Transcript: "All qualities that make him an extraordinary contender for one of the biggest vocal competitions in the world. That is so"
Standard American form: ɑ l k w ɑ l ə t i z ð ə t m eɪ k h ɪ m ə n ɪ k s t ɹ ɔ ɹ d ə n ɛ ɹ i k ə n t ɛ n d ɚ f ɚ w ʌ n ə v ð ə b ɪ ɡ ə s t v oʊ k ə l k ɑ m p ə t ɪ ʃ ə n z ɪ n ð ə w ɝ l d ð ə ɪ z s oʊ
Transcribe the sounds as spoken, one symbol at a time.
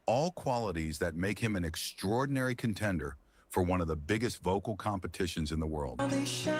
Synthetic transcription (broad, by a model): ɑ l k w ɑ l ə t i z ð ə t m eɪ k h ɪ m ə n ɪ k s t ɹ ɔ ɹ d n ɛ ɹ i k ə n t ɛ n d ɚ f ɚ w ʌ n ə v ð ə b ɪ ɡ ə s t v oʊ k l k ɑ m p ə t ɪ ʃ ə n z ɪ n ð ə w ɝ l d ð